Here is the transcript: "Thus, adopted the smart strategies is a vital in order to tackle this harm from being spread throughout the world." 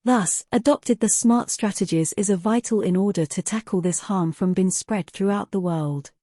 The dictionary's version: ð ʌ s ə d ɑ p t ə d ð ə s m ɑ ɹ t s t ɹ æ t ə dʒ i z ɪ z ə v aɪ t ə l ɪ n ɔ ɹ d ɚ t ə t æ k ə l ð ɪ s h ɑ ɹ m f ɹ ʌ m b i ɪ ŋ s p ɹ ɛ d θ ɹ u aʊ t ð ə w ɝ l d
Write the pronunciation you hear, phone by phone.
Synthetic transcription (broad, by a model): ð ʌ s ə d ɑ p t ə d ð ə s m ɑ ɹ t s t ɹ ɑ t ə dʒ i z ɪ z ə v aɪ t ə l ɪ n ɔ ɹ d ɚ t ə t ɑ k ə l ð ɪ s h ɑ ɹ m f ɹ ʌ m b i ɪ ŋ s p ɹ ɛ d θ ɹ u aʊ t ð ə w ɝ l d